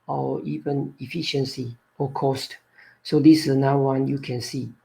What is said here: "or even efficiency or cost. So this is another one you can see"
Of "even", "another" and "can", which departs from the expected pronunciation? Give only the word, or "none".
another